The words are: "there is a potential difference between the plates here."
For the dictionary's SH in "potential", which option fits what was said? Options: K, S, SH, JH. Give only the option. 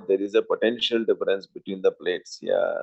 SH